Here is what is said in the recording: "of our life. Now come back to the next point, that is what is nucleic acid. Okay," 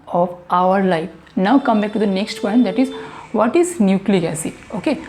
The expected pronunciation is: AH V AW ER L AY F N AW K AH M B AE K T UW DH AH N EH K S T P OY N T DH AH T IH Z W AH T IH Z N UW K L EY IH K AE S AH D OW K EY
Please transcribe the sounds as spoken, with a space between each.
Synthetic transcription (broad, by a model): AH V AW ER L AY F N AW K AH M B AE K T UW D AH N EH K S T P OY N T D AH T IH Z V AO T IH Z N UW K L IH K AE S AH OW K EY